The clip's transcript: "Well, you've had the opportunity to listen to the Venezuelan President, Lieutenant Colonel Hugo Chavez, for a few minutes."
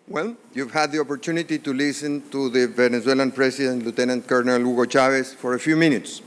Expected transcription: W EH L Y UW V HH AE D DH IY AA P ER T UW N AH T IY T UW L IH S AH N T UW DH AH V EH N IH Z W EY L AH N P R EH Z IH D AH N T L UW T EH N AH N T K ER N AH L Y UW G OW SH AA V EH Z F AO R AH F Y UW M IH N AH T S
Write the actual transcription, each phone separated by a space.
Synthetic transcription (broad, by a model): W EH L Y UW V HH AE D DH IY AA P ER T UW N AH T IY T UW L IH S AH N T UW DH AH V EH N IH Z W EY L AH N P R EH S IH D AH N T L UW T EH N AH N T K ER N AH L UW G OW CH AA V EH S F AO R AH F Y UW M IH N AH T S